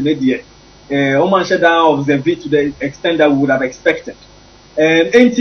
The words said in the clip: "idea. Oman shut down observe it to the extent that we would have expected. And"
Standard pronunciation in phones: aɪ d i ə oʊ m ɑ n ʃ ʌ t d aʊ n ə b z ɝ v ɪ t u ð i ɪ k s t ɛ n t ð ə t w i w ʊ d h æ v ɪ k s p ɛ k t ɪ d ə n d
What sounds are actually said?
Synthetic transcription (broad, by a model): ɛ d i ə oʊ m ɑ n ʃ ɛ d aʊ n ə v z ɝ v ɪ t u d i ɪ k s t ɛ n t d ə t w i w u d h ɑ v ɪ k s p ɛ k t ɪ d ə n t